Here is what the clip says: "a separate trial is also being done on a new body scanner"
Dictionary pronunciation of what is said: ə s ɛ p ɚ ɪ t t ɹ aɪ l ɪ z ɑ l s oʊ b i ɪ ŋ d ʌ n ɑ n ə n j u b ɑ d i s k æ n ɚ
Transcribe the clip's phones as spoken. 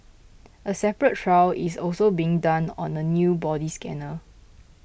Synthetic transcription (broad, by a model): ə s ɛ p ɚ ɪ t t ɹ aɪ w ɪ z ɑ l s oʊ b i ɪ ŋ d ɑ n ɑ n ə n j u b ɑ d i s k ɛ n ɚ